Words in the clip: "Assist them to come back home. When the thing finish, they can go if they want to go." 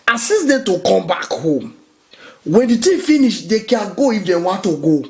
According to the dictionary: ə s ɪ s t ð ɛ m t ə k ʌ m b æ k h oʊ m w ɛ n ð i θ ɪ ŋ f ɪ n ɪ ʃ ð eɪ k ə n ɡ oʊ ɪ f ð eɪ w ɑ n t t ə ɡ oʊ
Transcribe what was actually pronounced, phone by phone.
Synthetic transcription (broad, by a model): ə s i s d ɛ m t ə k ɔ m b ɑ k h oʊ m w ɛ n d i t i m f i n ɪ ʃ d eɪ k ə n ɡ oʊ ɪ f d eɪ w ɑ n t t ə ɡ oʊ